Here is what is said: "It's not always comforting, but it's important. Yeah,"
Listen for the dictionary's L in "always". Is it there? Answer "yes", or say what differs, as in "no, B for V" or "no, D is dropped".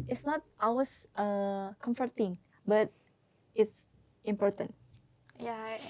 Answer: no, L is dropped